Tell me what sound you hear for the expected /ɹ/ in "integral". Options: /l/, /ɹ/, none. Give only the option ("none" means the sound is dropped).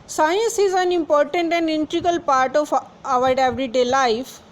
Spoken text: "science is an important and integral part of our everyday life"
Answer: none